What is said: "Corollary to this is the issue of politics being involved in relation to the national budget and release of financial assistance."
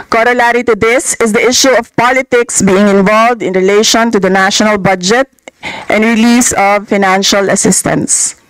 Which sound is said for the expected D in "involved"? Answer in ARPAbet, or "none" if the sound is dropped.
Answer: D